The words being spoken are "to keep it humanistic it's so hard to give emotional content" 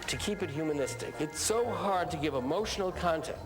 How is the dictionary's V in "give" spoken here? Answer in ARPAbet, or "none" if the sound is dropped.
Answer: V